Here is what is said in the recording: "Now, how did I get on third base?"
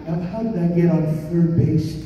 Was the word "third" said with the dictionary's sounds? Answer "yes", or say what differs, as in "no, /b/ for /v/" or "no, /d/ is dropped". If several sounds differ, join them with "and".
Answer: no, /f/ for /θ/